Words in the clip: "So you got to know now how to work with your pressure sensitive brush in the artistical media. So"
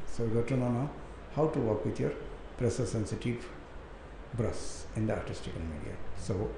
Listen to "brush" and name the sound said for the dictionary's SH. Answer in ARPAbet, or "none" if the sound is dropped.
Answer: S